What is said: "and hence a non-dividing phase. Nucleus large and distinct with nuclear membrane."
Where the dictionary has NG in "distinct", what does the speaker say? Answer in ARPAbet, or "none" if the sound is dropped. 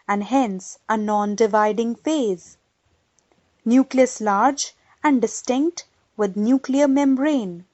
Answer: NG